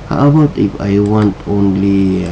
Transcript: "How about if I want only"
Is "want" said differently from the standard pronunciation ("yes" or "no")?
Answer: no